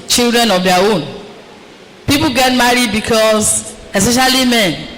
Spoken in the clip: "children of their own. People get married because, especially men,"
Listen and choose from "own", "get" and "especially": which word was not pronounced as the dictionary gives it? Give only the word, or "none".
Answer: none